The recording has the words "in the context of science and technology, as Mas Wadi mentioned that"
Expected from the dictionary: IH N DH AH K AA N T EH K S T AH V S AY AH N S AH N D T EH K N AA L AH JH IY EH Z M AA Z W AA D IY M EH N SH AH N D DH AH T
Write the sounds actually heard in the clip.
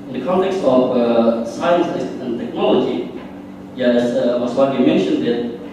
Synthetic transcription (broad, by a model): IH N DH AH K AA N T EH K S T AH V S AY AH N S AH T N T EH K N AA L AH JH IY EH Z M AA S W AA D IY M EH N SH AH N D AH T